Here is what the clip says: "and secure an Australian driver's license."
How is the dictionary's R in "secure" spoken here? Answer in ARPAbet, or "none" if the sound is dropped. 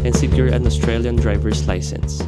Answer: R